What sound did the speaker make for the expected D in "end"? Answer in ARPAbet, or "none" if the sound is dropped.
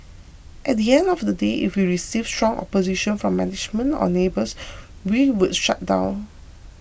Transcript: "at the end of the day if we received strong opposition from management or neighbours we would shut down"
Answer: D